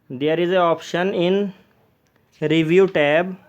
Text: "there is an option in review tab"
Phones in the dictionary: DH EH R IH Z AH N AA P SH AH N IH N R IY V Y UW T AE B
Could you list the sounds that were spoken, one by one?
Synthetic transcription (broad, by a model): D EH R IH Z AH AA P SH AH N IH N R IY V Y UW T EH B